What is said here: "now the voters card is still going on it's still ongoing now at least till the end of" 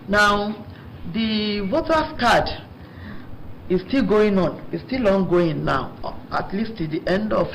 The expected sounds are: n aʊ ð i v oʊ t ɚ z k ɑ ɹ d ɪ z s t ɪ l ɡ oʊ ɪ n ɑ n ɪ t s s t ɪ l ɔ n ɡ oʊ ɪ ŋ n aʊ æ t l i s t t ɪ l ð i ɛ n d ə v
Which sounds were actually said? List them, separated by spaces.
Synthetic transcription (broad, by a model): n aʊ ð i w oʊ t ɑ s k ɑ d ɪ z s t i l ɡ oʊ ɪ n ɑ n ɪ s s t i l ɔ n ɡ oʊ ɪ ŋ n aʊ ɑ t l i s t t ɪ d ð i ɛ n d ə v